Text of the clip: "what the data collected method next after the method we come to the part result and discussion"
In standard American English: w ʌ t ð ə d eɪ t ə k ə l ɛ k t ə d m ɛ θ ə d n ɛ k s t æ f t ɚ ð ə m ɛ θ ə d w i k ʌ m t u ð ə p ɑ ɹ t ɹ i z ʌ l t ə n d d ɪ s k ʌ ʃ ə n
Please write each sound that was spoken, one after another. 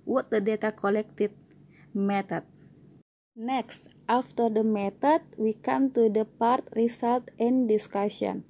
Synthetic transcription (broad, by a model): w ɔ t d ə d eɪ t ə k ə l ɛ k t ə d m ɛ t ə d n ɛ k s t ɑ f t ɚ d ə m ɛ t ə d w i k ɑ m t u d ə p ɑ ɹ t ɹ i s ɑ l t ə n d d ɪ s k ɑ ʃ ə n